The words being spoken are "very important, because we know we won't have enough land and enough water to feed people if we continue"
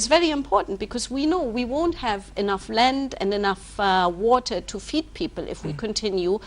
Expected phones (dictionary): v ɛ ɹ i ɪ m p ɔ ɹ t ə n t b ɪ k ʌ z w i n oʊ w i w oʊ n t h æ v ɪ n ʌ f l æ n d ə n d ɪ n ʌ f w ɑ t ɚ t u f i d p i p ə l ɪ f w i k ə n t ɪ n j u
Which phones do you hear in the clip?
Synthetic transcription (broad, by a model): v ɛ ɹ i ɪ m p ɔ ɹ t n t b ɪ k ʌ z w i n oʊ w i w oʊ n t h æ v ɪ n ʌ f l æ n d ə n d ɪ n ʌ f w ɑ t ɚ t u f i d p i p ə l ɪ f w i k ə n t ɪ n j u